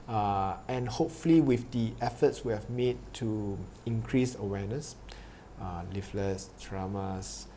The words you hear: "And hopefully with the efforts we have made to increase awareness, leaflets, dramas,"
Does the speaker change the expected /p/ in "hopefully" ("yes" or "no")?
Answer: no